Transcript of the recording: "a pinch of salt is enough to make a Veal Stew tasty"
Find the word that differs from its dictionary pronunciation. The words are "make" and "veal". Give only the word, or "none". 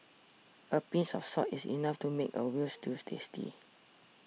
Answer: veal